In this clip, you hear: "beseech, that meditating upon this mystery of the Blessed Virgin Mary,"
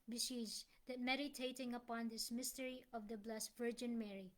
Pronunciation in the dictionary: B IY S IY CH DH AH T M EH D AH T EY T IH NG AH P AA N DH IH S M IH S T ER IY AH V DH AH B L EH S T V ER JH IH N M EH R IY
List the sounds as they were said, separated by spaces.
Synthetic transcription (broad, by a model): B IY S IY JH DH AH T M EH D AH T EY T IH NG AH P AA N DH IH S M IH S T ER IY AH V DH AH B L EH S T V ER JH IH N M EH R IY